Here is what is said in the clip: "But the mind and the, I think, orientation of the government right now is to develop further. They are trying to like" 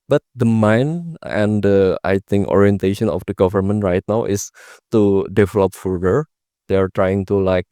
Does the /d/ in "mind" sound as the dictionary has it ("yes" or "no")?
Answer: no